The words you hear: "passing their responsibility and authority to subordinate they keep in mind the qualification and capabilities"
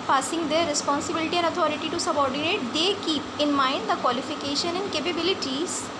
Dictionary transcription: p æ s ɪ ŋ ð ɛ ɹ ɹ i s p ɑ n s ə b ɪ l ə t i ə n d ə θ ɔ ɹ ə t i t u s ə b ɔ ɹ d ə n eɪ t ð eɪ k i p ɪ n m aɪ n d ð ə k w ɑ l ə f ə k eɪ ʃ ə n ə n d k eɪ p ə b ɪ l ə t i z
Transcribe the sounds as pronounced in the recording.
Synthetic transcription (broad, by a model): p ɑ s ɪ ŋ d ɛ ɹ ɹ i s p ɑ n s ə b ɪ l ə t i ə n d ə t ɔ ɹ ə t i t u s ə b ɔ ɹ d ə n eɪ t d eɪ k i p ɪ n m aɪ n d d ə k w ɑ l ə f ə k eɪ ʃ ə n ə n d k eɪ p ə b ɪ l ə t i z